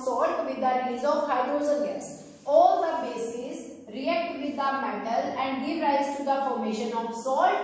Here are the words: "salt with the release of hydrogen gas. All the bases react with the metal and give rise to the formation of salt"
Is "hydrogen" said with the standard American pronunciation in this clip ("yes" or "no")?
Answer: no